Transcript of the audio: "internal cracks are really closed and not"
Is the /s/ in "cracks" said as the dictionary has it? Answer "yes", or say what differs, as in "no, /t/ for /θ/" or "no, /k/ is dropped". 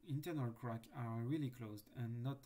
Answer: no, /s/ is dropped